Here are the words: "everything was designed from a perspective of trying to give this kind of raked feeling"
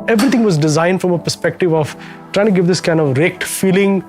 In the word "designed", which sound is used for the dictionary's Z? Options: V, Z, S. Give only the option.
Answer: Z